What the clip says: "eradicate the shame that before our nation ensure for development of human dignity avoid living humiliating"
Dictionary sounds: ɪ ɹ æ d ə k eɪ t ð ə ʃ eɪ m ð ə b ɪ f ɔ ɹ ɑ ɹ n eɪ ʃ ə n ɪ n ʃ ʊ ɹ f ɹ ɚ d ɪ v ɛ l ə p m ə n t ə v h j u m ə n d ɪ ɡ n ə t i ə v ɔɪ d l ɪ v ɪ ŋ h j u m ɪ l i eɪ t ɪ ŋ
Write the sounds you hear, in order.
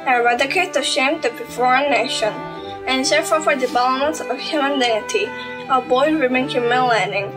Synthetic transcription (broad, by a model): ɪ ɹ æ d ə k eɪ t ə ʃ eɪ m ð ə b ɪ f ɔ ɹ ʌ n eɪ ʃ ə n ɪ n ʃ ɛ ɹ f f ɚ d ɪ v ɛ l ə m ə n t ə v h j u m ə n d ɪ ɡ n ə t i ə b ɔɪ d w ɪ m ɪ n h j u m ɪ l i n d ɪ ŋ